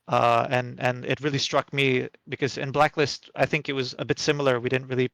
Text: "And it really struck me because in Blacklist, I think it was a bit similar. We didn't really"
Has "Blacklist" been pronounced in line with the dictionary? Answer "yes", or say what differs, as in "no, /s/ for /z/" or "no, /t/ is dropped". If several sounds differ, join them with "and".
yes